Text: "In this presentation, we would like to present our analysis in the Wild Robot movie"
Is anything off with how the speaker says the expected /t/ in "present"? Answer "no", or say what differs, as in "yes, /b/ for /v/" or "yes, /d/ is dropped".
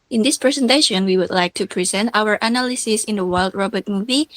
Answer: no